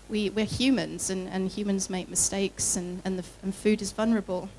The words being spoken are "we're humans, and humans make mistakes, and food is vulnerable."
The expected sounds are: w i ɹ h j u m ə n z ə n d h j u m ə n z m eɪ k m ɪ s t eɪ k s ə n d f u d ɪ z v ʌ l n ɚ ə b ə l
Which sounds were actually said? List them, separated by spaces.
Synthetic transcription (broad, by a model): w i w h j u m ə n z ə n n h j u m ə n z m eɪ k m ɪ s t eɪ k s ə n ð f u d ɪ z v ʌ l n ɚ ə b ə l